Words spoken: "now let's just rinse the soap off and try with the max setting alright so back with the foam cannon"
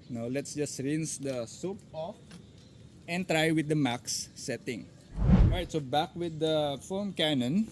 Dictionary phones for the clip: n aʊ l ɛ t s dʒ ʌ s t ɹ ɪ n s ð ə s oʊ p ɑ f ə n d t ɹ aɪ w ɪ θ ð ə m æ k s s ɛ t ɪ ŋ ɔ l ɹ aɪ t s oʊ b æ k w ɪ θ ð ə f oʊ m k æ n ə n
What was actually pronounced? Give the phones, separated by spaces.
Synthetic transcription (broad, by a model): n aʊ l ɛ t s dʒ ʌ s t ɹ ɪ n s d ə s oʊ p ɑ f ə n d t ɹ aɪ w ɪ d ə m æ k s s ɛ t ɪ ŋ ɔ ɹ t s oʊ b æ k w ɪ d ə f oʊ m k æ n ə n